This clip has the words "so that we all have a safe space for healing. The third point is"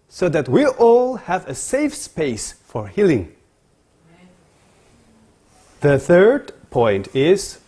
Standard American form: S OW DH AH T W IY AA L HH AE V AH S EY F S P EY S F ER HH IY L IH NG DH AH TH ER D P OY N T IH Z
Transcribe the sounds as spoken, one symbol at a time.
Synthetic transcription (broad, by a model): S OW DH AH T W IY AA L HH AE V AH S EY F S P EY S F ER HH IY L IH NG DH AH TH ER D P OY N T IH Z